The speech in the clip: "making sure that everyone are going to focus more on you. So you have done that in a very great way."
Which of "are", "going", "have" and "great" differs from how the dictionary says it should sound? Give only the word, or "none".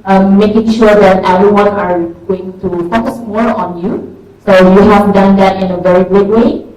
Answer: great